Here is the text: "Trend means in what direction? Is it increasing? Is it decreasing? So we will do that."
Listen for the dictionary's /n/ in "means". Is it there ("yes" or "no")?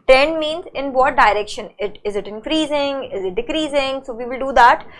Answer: yes